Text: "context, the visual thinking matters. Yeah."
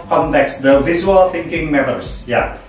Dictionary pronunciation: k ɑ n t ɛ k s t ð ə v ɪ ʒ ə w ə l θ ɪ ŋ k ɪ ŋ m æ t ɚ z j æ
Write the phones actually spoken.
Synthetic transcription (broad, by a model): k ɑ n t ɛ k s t ð ə v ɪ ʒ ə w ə l θ ɪ ŋ k ɪ ŋ m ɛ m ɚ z j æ